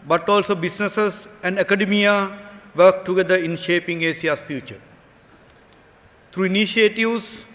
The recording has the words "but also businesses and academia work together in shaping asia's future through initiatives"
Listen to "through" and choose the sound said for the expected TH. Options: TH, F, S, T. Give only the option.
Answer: T